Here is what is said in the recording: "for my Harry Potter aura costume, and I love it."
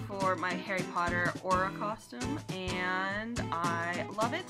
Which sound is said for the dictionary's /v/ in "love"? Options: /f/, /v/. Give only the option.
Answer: /v/